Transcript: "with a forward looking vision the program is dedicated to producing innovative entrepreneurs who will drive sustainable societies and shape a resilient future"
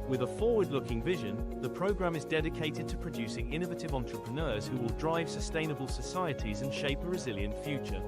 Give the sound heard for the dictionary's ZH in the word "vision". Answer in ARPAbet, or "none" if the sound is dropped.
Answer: ZH